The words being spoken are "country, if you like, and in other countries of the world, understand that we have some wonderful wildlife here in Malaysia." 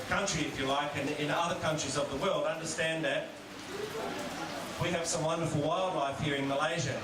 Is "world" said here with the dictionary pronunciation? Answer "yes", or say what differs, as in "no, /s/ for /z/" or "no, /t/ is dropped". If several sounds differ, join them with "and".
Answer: yes